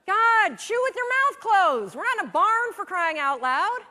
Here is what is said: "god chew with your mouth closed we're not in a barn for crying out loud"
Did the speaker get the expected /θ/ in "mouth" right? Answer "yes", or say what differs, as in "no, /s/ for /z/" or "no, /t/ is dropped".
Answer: yes